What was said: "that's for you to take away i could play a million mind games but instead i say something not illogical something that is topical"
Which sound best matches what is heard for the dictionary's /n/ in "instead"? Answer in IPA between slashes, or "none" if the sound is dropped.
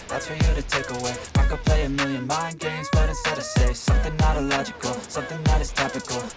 none